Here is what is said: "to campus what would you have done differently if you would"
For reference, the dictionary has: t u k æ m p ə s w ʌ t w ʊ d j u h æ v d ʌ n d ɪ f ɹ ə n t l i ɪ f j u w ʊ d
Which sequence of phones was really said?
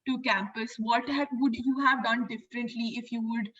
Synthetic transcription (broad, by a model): t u k æ m p ə s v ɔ t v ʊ d j u h æ v d ʌ n d ɪ f ɹ ə n t l i ɪ f j u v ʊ d